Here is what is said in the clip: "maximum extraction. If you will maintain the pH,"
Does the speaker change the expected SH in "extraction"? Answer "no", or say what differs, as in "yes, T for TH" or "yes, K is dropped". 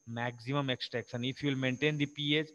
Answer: yes, S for SH